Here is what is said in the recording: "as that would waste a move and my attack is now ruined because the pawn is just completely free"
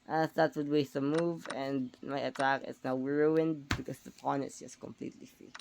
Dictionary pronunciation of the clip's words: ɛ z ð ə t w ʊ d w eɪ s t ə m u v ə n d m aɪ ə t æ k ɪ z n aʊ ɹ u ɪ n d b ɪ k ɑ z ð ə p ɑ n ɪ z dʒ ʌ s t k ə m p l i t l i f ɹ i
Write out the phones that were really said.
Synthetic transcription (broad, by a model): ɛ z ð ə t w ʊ d w eɪ s t ə m u v ə n d m aɪ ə t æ k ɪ s n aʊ ɹ u ɪ n d b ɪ k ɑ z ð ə p ɑ n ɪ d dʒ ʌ s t k ə m p l i t l i f ɹ i